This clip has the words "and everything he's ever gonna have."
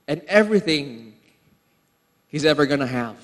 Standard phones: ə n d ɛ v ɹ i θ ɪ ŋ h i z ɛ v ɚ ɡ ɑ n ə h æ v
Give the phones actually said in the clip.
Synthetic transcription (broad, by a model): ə n ɛ v ɹ i θ ɪ ŋ h i z ɛ v ɚ ɡ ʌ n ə h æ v